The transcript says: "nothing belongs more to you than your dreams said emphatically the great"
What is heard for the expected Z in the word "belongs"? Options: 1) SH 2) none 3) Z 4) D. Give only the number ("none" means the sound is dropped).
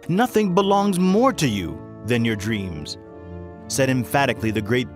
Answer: 3